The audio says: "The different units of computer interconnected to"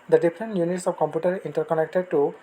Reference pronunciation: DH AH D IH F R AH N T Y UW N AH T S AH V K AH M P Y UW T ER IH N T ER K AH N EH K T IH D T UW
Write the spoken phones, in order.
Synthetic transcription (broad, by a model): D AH D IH P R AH N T Y UW N AH T S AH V K AH M P Y UW T ER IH N T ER K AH N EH K T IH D T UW